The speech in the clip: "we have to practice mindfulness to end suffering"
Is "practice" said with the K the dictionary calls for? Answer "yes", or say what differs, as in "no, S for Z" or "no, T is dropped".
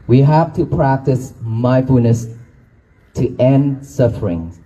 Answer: yes